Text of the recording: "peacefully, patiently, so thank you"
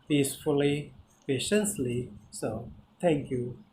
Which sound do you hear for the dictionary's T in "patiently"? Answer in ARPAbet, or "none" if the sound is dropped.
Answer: S